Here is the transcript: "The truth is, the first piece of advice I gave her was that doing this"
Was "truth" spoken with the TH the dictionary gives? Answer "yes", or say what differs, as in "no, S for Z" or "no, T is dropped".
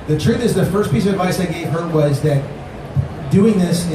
yes